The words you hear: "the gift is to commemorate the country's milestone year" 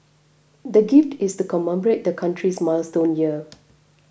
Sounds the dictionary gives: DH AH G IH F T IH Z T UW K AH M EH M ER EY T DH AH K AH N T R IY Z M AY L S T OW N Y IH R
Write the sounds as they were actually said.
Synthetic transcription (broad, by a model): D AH G IH F T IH S T UW K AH M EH M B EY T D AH K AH N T R IY S M AY L S T OW N Y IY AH